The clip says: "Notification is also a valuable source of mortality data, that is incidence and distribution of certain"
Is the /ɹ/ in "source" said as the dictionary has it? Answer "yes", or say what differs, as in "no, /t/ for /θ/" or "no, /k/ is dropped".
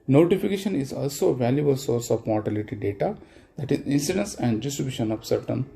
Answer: yes